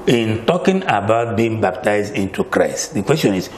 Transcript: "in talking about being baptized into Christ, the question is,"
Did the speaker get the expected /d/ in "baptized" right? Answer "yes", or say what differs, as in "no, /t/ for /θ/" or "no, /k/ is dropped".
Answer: yes